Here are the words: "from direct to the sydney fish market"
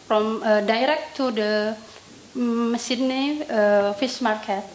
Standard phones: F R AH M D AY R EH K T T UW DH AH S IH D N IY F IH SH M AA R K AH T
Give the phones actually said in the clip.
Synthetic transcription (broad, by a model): F R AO M D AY R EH K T T UW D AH S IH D N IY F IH S M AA R K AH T